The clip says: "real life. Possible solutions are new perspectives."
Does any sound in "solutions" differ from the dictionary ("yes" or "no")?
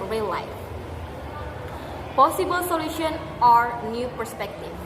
yes